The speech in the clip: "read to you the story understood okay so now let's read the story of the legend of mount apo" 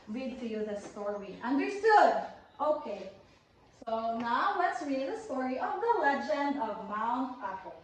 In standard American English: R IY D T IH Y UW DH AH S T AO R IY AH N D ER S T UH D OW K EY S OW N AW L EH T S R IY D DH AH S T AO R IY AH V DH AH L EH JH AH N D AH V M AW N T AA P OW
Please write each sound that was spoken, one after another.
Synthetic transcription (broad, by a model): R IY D T IH Y UW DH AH S T AO R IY AH N D ER S T UH D OW K EY S OW N AW L EH T S R IY D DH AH S T AO R IY AH V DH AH L EH JH AH N D AH V M AW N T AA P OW